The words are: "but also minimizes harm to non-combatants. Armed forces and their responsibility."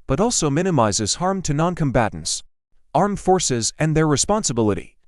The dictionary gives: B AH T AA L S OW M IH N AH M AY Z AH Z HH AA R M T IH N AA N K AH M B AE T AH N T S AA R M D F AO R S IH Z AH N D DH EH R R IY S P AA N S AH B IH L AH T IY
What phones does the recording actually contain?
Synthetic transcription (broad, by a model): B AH T AA L S OW M IH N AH M AY Z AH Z HH AA R M T IH N AA N K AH M B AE T N T S AA R M F AO R S IH Z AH N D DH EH R R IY S P AA N S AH B IH L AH T IY